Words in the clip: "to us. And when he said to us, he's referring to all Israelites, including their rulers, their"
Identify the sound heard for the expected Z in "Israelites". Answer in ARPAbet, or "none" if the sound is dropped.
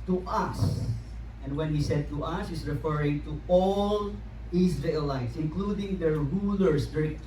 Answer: S